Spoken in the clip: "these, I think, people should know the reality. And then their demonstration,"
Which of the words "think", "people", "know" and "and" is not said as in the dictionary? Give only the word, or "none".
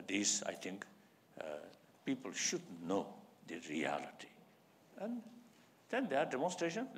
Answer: think